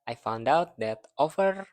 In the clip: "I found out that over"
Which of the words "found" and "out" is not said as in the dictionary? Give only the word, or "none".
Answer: none